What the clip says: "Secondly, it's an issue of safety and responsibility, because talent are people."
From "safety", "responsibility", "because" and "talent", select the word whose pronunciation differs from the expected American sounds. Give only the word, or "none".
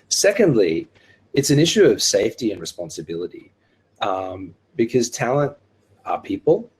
none